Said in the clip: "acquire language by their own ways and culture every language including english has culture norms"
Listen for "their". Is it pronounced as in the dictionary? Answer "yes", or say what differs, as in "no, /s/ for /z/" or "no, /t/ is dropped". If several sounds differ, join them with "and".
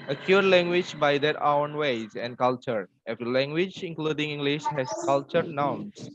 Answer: no, /w/ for /ɹ/